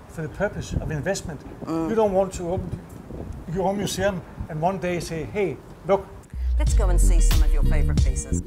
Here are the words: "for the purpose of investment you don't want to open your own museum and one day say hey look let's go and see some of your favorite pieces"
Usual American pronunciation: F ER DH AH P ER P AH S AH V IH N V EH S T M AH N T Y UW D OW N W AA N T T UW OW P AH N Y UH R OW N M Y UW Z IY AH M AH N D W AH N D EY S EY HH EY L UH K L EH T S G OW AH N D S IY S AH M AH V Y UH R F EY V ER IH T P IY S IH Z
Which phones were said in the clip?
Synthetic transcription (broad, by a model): F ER DH AH P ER P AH S AH V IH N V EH S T M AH N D Y UW D OW N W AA N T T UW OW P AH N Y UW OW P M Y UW S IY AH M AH N W AH N D EY S EY HH EY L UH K L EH T S G OW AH N S IY S AH M AH V Y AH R F EY V ER IH T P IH S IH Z